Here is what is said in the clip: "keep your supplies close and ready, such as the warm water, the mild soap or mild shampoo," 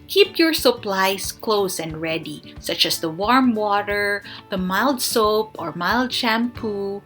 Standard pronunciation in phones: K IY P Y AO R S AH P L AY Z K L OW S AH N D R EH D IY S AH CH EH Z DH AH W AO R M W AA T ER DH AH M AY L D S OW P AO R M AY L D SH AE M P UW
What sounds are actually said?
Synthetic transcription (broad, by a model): K IY P Y AO R S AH P L AY S K L OW S AH N D R EH D IY S AH CH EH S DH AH W AO R M W AA T ER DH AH M AY L D S OW P AO R M AY L D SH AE M P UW